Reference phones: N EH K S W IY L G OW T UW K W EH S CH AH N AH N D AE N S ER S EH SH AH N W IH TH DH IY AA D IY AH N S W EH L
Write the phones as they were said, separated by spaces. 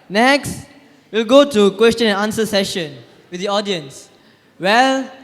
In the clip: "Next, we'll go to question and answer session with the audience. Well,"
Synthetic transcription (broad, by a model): N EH K S W IY L G OW T UW K W EH S CH AH N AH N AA N S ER S EH SH AH N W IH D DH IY AA D IY AH N S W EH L